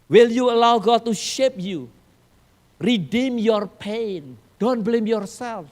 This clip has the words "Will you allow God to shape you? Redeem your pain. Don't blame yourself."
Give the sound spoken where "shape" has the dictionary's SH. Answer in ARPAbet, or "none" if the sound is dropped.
SH